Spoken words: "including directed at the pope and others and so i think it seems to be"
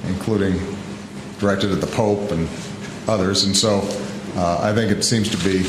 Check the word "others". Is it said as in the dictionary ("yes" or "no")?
yes